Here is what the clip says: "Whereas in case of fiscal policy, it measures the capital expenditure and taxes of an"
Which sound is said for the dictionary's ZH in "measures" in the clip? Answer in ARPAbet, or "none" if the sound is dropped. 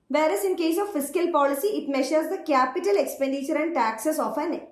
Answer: SH